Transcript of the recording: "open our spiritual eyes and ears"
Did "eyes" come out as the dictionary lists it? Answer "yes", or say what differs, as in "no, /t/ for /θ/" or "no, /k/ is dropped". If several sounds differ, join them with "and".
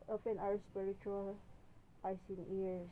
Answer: no, /s/ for /z/